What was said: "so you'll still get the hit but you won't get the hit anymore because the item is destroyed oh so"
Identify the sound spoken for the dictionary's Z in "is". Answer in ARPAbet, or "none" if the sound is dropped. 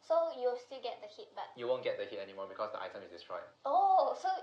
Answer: S